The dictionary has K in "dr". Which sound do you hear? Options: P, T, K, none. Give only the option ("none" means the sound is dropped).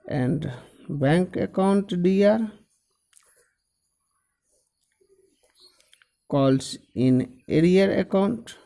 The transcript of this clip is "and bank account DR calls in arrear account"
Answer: none